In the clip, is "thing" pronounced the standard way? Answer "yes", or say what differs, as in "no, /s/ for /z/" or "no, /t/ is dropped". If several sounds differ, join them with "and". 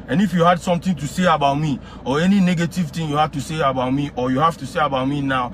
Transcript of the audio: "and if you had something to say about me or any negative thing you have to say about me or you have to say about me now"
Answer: no, /t/ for /θ/